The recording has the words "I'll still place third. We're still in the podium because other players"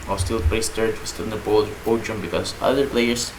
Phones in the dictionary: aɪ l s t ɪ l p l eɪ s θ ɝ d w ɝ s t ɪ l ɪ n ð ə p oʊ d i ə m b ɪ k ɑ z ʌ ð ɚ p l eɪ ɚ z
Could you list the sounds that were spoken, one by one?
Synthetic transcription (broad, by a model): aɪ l s t ɪ l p eɪ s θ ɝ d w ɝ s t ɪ ɪ n ð ə b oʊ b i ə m b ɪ k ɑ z ʌ ð ɚ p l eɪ ɚ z